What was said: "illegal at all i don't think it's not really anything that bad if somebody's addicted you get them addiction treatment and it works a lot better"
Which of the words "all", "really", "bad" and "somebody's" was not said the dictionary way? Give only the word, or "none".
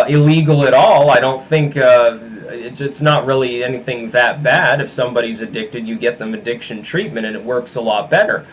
none